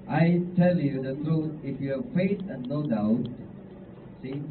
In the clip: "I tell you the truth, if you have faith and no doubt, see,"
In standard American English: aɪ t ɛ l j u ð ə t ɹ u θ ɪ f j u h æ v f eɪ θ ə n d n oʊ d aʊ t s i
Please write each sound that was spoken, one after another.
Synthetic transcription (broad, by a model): aɪ t ɛ l j u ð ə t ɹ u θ ɪ f j u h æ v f eɪ s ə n n oʊ d aʊ t s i